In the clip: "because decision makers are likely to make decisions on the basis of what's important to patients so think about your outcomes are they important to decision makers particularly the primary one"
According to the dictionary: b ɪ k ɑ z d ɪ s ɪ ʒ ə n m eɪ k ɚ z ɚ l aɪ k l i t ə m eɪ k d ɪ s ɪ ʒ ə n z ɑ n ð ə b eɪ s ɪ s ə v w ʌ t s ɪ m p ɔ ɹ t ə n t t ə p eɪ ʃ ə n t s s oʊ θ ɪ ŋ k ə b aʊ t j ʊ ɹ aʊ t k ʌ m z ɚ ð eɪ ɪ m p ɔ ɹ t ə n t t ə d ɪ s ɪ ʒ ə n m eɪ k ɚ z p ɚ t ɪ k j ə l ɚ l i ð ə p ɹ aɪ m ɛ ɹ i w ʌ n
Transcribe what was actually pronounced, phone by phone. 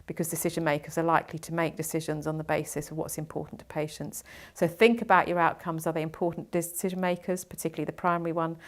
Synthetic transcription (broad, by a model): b ɪ k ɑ z d ɪ s ɪ ʒ ə n m eɪ k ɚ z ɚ l aɪ k l i t ə m eɪ k d ɪ s ɪ ʒ ə n z n ð ə b eɪ s ɪ s ə v w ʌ t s ɪ m p ɔ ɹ t n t t ə p eɪ ʃ ə n t s s oʊ θ ɪ ŋ k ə b aʊ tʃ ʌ ɹ aʊ t k ʌ m z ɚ ð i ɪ m p ɔ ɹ t n d ɪ s ɪ ʒ ə n m eɪ k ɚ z p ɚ t ɪ k j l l i ð ə p ɹ aɪ m ɛ ɹ i w ʌ n